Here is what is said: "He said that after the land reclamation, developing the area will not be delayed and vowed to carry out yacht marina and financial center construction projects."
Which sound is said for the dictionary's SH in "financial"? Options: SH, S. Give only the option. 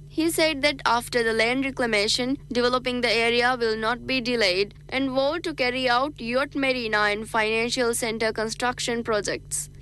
SH